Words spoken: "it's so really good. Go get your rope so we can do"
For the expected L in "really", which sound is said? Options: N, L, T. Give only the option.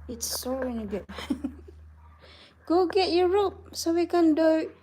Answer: N